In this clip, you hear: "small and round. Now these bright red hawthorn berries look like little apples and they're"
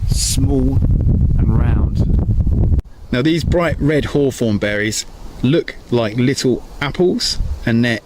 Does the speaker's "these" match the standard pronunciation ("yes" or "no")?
yes